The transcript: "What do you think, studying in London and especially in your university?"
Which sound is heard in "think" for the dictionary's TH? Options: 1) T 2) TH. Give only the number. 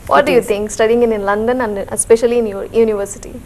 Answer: 1